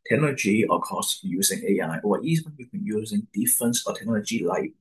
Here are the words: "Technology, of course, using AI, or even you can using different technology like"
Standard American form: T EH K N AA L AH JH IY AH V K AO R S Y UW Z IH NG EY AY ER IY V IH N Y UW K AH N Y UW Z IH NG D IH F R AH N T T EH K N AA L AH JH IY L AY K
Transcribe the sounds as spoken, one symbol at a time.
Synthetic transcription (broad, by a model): T EH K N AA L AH JH IY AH K AO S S Y UW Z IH NG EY AY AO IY B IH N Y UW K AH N Y UW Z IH NG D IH F R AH N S T EH K N AA L AH JH IY L AY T